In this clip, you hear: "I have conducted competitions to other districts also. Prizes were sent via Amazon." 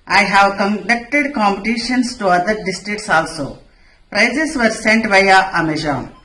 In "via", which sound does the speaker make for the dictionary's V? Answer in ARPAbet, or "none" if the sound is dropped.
B